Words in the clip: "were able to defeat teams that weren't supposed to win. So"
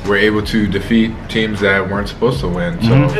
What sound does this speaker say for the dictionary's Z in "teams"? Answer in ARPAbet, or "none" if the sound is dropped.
Z